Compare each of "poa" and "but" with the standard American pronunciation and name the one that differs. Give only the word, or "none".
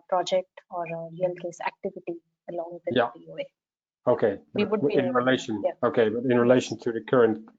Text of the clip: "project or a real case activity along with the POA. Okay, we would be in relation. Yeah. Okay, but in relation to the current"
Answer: poa